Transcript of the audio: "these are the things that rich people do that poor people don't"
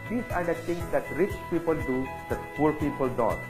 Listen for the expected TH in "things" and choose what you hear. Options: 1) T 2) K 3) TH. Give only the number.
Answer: 1